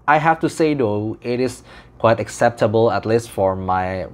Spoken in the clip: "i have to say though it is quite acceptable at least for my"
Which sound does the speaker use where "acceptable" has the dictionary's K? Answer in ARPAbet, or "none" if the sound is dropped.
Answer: K